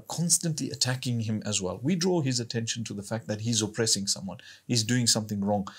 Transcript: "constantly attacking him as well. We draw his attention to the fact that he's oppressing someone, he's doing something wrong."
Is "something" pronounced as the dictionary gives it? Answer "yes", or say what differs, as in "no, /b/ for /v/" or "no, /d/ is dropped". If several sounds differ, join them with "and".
yes